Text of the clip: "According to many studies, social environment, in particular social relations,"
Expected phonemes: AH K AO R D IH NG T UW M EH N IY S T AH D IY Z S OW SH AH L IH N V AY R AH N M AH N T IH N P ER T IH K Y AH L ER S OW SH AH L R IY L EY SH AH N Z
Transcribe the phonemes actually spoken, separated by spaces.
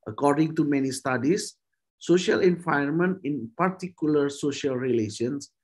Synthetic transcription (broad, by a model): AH K AO R D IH NG T UW M EH N IY S T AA D IY S OW SH AH L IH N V AY AH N M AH N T IH N P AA T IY K Y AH L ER S OW SH AH L R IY L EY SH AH N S